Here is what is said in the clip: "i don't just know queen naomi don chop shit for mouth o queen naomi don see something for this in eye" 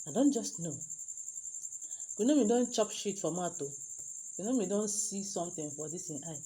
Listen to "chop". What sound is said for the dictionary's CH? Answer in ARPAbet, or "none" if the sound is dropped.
CH